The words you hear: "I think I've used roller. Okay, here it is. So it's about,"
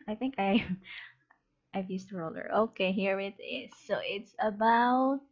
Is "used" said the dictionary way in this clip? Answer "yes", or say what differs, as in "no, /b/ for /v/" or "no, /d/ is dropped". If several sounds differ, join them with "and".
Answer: no, /s/ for /z/